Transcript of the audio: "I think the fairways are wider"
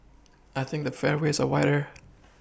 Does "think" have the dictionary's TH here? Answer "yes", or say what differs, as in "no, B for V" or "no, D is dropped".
yes